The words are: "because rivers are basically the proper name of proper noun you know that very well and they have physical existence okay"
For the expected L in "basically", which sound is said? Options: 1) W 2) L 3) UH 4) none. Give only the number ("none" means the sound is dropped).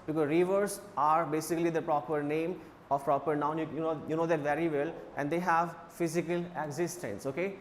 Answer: 2